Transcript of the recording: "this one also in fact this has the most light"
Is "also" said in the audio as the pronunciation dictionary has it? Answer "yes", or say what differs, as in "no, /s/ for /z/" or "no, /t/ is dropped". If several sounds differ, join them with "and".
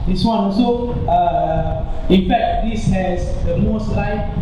no, /l/ is dropped